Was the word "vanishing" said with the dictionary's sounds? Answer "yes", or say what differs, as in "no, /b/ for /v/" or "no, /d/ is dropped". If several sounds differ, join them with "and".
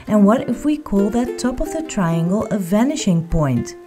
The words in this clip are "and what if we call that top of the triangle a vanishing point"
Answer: yes